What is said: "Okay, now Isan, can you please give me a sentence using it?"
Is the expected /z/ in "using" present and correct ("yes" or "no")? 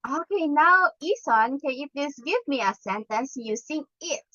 no